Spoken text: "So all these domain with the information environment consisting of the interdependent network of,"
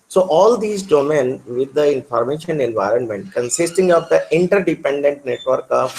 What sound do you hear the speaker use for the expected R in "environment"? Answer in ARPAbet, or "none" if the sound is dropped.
R